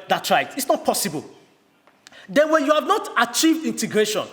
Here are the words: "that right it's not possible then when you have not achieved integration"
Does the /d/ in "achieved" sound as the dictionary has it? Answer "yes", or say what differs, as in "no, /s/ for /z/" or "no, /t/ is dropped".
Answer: yes